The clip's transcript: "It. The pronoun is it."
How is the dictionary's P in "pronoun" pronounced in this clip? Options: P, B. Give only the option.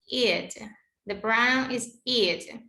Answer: B